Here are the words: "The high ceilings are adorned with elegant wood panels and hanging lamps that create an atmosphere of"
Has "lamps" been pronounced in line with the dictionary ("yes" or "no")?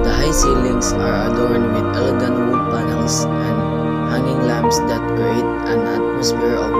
no